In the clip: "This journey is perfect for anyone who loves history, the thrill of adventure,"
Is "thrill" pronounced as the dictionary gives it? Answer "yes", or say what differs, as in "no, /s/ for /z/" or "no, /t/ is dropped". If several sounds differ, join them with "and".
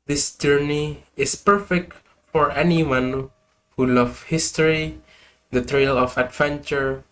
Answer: no, /t/ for /θ/